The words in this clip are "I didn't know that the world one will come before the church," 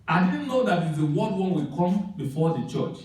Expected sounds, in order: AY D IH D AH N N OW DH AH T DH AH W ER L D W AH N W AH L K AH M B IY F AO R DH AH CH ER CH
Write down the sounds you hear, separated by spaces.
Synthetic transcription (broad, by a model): AY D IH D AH N N OW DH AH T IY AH W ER D W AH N W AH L K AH M B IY F AO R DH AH CH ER CH